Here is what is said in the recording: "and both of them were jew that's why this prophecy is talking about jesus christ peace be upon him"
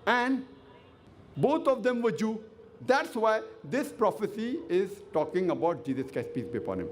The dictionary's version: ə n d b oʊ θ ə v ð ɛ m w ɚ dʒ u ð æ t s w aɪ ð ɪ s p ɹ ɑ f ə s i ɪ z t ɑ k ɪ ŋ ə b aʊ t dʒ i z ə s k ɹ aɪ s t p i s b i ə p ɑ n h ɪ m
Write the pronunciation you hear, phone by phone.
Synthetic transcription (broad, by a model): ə n d b oʊ t ə v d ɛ m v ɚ dʒ u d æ t s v aɪ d ɪ s p ɹ ɑ f ə s i ɪ z t ɑ k ɪ ŋ ə b aʊ t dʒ i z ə s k aɪ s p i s b i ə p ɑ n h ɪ m